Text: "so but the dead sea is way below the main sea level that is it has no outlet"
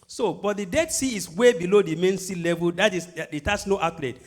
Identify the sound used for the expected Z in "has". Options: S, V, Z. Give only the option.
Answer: S